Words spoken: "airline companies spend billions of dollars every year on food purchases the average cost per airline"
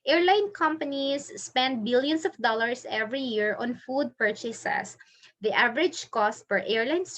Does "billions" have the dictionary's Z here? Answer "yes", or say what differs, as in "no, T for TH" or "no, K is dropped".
no, S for Z